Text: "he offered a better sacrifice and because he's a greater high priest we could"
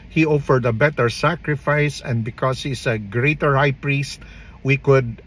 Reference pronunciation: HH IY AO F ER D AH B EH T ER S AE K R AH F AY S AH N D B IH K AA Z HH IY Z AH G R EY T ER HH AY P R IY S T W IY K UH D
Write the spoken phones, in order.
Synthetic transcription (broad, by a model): HH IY AO F ER D AH B EH T ER S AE K R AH F AY S AH N D B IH K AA S HH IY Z AH G R EY T ER HH AY P R IY S T W IY K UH D